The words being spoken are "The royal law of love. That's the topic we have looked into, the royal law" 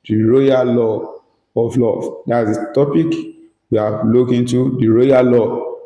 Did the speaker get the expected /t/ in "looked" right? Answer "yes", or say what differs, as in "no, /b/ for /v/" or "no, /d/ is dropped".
no, /t/ is dropped